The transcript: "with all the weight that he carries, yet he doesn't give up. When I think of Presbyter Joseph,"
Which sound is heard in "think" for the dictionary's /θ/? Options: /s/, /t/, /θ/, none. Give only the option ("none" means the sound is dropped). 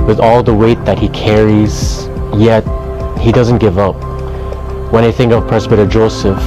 /θ/